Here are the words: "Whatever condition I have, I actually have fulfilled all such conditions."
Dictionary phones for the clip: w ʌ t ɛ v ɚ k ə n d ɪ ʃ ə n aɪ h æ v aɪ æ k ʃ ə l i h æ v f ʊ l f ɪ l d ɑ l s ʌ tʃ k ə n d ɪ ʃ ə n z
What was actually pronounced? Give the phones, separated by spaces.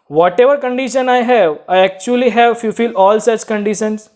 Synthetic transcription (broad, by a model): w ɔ t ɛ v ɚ k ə n d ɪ ʃ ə n aɪ h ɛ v aɪ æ k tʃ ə l i h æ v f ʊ f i l ɑ l s ʌ tʃ k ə n d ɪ ʃ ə n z